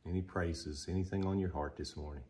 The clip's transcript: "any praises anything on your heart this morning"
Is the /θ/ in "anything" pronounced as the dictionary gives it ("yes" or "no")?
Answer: yes